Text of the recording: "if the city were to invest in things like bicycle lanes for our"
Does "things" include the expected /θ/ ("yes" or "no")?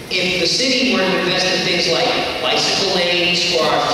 yes